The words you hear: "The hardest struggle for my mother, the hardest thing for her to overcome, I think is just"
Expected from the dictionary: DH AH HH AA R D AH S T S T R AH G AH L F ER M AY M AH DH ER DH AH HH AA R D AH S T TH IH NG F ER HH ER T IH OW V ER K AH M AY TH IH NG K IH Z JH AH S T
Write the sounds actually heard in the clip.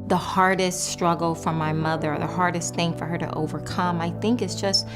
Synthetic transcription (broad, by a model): DH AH HH AA R D AH S T S T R AH G L F ER M AY M AH DH ER DH AH HH AA R D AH S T TH IH NG F ER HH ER T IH OW V ER K AH M AY TH IH NG K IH S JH AH S T